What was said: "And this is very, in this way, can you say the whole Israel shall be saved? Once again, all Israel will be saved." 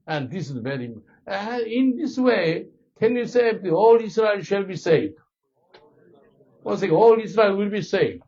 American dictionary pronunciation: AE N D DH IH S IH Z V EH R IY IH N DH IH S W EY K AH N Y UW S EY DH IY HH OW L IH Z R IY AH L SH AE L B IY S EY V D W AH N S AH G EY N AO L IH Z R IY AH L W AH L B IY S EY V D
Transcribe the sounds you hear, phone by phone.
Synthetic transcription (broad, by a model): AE N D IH S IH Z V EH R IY IH N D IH S W EY K AH N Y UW S EY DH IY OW L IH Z R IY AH L SH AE L B IY S EY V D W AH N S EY AO L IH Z R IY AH L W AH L B IY S EY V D